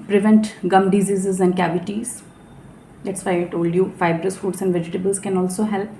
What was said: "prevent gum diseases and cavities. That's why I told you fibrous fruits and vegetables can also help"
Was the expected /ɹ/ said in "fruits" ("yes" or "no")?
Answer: no